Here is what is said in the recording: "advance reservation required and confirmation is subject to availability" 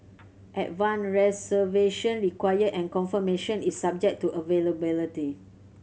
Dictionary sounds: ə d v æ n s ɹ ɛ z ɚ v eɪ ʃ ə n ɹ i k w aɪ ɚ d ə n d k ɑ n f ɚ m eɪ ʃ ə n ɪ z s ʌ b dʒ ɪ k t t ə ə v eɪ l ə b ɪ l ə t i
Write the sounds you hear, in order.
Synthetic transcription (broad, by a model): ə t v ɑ n ɹ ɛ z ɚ v eɪ ʃ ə n ɹ i k w aɪ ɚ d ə n k ɑ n f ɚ m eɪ ʃ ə n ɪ s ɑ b dʒ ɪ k t t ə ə v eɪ l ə b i l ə t i